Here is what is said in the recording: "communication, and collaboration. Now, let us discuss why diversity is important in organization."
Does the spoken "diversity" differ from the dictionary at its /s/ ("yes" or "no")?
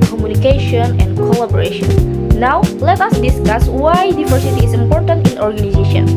no